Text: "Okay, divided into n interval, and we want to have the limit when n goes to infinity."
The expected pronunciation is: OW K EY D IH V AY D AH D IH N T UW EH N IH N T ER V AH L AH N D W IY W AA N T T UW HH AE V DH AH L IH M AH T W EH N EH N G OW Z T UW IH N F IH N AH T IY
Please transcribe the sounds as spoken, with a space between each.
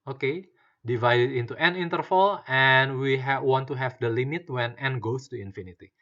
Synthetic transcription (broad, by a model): OW K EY D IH V AY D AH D IH N T UW EH N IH N T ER F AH L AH N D W IY W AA N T T UW HH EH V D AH L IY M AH T W EH N EH N G OW S T UW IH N F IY N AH T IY